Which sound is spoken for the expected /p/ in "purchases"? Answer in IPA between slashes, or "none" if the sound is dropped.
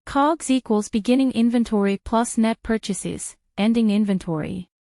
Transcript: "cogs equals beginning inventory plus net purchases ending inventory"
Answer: /p/